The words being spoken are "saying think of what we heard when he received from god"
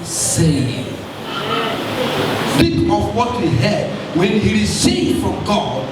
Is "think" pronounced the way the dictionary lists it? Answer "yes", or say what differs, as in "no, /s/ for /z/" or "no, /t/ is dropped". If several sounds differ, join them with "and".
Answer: no, /k/ is dropped